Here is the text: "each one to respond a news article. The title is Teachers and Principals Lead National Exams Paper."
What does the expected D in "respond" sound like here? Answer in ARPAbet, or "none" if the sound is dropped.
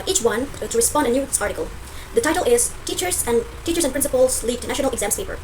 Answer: D